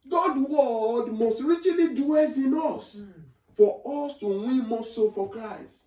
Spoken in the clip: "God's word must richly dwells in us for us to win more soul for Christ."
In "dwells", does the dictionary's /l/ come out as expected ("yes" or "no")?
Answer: no